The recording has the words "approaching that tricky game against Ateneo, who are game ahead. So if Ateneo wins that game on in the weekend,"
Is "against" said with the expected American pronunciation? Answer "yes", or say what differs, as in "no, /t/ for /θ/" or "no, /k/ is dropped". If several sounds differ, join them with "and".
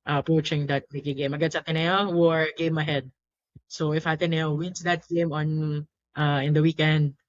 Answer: no, /t/ is dropped